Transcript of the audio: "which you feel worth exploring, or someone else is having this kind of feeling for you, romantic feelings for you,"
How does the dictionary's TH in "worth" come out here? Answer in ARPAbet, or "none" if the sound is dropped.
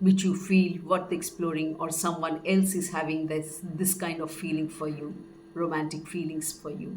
T